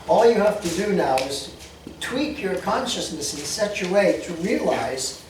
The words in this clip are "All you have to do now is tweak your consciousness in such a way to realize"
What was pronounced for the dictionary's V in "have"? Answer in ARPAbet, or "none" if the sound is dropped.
F